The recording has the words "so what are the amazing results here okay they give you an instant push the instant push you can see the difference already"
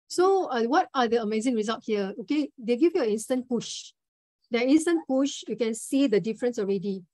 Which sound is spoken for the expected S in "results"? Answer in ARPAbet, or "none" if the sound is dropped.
none